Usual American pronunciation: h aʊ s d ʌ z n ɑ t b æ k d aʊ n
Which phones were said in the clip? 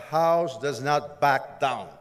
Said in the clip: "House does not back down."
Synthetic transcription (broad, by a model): h aʊ s d ʌ z n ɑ t b æ k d aʊ n